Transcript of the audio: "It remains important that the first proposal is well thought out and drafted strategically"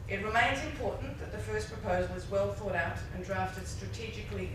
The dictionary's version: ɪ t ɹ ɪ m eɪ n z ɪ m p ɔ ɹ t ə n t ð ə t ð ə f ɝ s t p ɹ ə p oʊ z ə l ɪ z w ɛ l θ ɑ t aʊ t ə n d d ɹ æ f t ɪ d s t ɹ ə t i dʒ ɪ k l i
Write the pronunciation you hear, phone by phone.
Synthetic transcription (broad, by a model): ɪ t ɹ ɪ m eɪ n z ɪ m p ɔ ɹ t n ð ə t ð ə f ɝ s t p ɹ ə p oʊ z ə l ɪ z w ɛ l θ ɑ t aʊ t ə n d d ɹ æ f t ɪ d s t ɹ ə t i dʒ ɪ k l i